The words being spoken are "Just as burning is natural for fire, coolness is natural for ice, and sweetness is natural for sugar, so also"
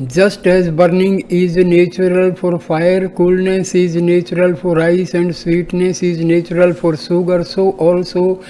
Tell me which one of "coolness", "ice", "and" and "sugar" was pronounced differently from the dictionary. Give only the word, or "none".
sugar